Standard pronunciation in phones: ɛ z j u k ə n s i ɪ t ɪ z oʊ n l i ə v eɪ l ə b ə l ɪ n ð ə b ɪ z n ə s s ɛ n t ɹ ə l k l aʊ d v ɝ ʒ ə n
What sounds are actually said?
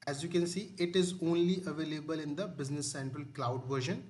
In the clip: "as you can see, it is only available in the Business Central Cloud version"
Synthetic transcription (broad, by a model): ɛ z j u k ə n s i ɪ t ɪ z oʊ n l i ə v eɪ l ə b ə l ɪ n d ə b ɪ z n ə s s ɛ n t ɹ ə l k l aʊ d v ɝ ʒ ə n